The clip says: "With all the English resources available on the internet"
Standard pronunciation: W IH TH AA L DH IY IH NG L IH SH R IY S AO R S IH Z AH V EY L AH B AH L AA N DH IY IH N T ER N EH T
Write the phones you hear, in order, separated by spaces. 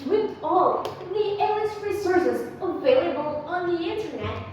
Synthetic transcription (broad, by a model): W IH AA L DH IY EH L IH S R IY S AO R S IH Z AH V EY L AH B AH L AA N DH IY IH N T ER N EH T